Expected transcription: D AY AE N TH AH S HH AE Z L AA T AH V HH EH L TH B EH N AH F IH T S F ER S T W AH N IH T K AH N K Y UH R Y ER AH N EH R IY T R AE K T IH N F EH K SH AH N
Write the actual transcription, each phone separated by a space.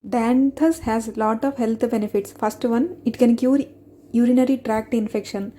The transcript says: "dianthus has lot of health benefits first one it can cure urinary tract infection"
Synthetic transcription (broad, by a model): D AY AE N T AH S HH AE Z L AA T AH V HH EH L T B EH N AH F IH T S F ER S T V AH N IH T K AH N K Y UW R Y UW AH N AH R IY T R AE K T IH N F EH K SH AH N